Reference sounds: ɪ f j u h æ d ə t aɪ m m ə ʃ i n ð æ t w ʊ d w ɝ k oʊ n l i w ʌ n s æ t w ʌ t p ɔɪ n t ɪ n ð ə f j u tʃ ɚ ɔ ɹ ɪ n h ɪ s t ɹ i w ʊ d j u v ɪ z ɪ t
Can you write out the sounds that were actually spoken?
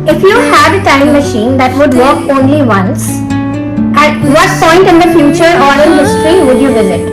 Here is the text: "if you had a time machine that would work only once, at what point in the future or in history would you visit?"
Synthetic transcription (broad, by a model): ɪ f j u h æ d ə t aɪ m m ə ʃ i n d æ t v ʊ d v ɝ k oʊ n l i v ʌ n s æ t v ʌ t p ɔɪ n t ɪ n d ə f j u tʃ ɚ ɔ ɹ ɪ n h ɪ s t ɹ i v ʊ d j u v ɪ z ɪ t